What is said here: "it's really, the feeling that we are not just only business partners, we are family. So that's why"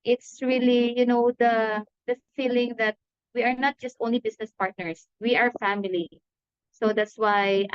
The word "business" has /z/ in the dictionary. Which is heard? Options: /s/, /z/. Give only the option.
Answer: /s/